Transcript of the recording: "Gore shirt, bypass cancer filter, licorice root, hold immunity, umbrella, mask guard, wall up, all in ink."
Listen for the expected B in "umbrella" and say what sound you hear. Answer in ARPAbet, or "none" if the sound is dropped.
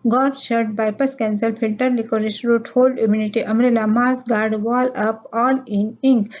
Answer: none